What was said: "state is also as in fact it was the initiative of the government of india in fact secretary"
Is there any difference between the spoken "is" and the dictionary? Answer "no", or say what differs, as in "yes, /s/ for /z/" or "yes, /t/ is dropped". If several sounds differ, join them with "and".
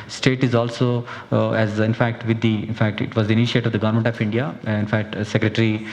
no